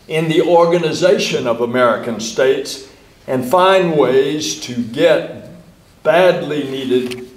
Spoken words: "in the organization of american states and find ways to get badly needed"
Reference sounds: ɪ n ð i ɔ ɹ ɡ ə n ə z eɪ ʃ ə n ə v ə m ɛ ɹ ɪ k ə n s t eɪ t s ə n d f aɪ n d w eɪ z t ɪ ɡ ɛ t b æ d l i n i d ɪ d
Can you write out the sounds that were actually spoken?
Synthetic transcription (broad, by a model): ɪ n ð i ɔ ɹ ɡ ə n ə z eɪ ʃ ə n ə v ə m ɛ ɹ ɪ k ə n s t eɪ t s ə n f aɪ n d w eɪ z t ɪ ɡ ɛ t b æ d l i n i d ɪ d